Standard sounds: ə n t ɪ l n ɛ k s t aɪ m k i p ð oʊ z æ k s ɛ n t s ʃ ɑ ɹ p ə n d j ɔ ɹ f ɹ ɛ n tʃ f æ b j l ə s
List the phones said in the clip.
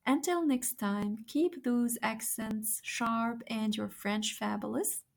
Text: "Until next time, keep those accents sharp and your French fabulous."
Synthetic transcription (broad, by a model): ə n t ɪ l n ɛ k s t aɪ m k i p ð oʊ z æ k s ɛ n t s ʃ ɑ ɹ p ə n d j ɔ ɹ f ɹ ɛ n tʃ f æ b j l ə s